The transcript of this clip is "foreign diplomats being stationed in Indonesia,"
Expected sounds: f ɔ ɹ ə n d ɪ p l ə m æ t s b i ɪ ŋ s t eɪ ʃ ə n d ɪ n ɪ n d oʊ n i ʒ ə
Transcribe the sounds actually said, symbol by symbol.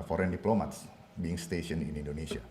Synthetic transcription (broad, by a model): f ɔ ɹ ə n d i p l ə m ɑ t s b i ɪ ŋ s t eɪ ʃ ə n ɪ n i n d oʊ n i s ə